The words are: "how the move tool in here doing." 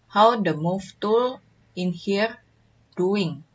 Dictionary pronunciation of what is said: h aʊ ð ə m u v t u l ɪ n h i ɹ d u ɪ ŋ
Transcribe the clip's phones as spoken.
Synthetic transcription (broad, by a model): h aʊ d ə m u f t u l ɪ n h i ɹ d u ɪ ŋ